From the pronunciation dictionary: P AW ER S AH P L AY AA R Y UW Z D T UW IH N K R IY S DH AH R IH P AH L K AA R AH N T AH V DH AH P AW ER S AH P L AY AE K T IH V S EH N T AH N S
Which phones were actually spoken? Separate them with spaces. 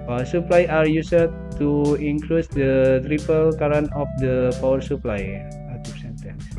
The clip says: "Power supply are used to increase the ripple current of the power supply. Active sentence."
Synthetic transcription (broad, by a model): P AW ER S AH P L AY AA R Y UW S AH T UW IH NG K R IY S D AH R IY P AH L K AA R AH N AH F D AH P AW ER S AH P L AY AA T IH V S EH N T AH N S